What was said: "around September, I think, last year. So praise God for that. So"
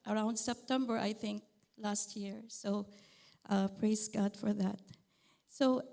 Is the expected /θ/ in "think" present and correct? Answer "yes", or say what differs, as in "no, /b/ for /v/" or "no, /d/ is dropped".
yes